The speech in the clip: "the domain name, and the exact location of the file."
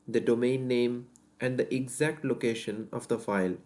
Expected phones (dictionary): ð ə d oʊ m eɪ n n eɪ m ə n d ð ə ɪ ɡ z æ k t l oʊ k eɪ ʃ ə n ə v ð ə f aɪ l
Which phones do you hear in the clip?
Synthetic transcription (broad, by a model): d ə d oʊ m eɪ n n eɪ m ə n d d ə ɪ ɡ z æ k t l oʊ k eɪ ʃ ə n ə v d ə f aɪ l